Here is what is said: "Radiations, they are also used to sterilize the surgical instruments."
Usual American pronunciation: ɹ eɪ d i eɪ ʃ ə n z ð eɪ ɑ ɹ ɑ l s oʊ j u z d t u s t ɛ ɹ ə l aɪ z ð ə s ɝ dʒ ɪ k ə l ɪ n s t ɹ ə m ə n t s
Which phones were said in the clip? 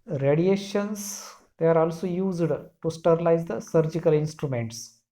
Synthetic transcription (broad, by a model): ɹ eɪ d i eɪ ʃ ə n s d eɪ ɑ ɹ ɑ l s oʊ j u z d t u s t ɛ ɹ ə l aɪ z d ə s ɝ dʒ ɪ k ə l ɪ n s t ɹ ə m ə n t s